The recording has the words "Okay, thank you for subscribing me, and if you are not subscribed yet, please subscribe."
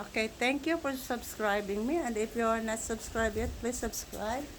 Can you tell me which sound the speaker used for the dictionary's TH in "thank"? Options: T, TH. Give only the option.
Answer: T